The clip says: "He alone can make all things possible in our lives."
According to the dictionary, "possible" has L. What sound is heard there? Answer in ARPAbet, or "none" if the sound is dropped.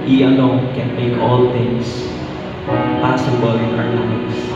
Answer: W